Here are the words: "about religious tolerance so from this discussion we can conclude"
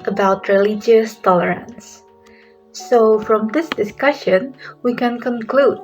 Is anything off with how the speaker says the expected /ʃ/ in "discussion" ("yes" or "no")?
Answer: no